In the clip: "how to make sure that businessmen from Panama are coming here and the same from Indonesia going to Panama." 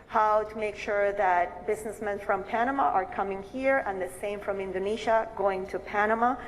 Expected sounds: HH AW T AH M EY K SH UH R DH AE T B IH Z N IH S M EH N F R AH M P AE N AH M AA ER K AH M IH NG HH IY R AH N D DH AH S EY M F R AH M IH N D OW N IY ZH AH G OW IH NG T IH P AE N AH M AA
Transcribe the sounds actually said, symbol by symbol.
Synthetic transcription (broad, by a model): HH AW T AH M EY K SH UH R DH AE T B IH Z N IH S M EH N F R AH M P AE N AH M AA ER K AH M IH NG HH IY R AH N DH AH S EY M F R AH M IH N D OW N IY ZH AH G OW IH NG T IH P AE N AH M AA